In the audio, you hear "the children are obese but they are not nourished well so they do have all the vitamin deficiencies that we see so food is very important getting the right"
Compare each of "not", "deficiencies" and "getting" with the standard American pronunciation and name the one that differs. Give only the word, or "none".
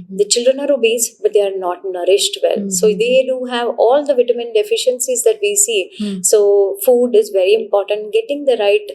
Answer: none